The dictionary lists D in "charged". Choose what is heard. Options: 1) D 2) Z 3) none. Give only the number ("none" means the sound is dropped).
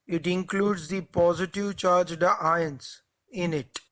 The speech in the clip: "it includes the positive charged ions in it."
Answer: 1